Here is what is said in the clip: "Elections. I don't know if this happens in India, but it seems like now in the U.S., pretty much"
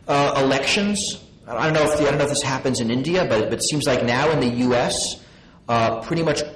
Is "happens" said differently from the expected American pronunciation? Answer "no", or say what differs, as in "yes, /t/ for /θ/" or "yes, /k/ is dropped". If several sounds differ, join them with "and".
no